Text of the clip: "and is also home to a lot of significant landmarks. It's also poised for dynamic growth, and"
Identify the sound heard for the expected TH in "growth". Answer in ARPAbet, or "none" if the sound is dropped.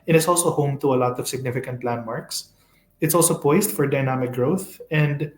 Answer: TH